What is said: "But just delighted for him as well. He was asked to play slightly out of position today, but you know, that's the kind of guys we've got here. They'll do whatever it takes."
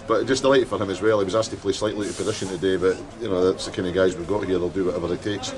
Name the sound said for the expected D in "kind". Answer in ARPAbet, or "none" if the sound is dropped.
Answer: none